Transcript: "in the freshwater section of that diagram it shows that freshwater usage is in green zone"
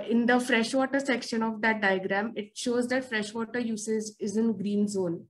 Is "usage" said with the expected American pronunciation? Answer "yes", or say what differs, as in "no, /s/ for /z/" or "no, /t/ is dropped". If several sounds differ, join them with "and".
no, /z/ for /dʒ/